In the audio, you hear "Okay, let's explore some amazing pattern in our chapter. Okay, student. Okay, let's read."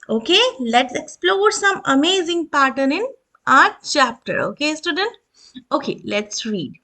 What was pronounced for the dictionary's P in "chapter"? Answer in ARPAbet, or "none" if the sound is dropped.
P